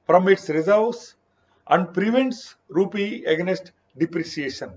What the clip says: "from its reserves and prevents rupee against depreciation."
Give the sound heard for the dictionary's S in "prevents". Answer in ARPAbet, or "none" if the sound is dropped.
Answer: S